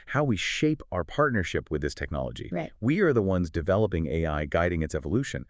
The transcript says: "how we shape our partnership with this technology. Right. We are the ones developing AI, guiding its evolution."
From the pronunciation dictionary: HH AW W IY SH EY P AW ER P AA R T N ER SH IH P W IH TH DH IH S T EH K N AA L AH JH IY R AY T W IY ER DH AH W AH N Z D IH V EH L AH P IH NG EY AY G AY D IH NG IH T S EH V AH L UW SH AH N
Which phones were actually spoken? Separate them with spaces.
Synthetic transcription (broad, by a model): HH AW W IY SH EY P AW ER P AA R T N ER SH IH P W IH DH IH S T EH K N AA L AH JH IY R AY W IY ER DH AH W AH N Z D IH V EH L AH P IH NG EY AY G AY D IH NG IH T S EH V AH L UW SH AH N